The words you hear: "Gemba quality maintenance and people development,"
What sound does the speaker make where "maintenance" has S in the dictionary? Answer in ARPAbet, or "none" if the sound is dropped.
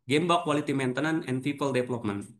none